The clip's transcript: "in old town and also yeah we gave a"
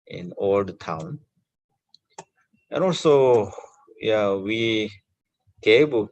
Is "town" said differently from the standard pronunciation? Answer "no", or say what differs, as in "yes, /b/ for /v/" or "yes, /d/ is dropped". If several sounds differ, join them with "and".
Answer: no